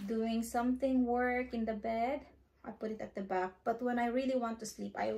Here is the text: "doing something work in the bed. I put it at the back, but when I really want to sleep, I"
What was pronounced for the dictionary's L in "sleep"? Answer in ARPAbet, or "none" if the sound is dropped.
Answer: L